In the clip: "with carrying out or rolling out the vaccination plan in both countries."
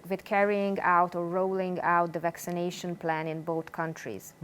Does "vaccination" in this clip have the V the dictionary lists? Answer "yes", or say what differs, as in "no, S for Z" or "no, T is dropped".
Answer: yes